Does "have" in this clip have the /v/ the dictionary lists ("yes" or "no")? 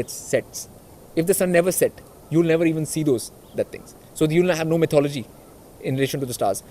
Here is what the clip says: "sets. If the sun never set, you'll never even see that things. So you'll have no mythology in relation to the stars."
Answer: yes